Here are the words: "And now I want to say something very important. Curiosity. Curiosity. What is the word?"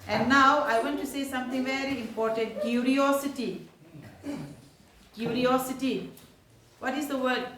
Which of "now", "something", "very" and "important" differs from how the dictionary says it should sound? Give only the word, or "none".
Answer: something